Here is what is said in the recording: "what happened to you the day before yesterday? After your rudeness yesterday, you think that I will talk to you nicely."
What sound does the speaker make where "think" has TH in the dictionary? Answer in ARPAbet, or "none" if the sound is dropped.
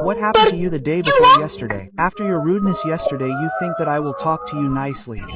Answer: TH